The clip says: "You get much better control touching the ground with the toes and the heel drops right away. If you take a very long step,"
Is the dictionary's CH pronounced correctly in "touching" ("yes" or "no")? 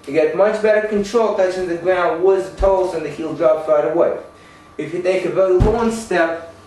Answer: no